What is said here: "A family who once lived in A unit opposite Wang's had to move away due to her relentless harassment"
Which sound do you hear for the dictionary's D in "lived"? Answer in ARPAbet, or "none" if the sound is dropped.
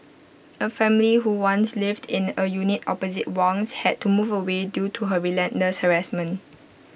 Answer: D